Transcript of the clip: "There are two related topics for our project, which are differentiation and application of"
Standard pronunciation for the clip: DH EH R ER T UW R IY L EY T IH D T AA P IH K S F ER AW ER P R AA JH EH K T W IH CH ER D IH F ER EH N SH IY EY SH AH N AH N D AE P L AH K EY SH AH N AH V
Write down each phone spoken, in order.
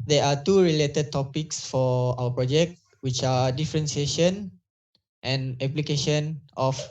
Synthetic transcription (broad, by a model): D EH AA T UW R IY L EY T IH D T AA P IH K S F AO AW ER P R AA JH EH K T W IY CH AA D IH F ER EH N S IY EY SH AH N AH N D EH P L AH K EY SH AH N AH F